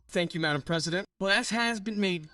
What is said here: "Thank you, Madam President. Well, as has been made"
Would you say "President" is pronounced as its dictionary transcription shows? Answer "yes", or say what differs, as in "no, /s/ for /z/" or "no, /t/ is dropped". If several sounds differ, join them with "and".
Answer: yes